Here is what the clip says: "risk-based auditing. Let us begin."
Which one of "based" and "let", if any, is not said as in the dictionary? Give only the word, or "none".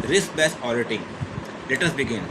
based